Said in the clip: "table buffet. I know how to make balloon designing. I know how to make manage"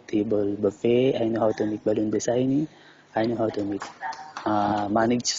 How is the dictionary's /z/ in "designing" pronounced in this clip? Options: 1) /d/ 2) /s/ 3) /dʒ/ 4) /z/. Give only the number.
2